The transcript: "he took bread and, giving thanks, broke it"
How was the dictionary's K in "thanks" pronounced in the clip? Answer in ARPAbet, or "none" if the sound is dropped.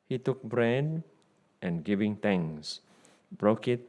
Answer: none